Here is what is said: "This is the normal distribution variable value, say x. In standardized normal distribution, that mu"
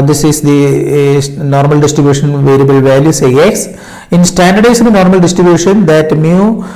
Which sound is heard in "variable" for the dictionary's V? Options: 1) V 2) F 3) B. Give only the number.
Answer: 1